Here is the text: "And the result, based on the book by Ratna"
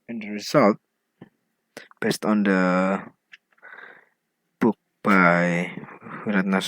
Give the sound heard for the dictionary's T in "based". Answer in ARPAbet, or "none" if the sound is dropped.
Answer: T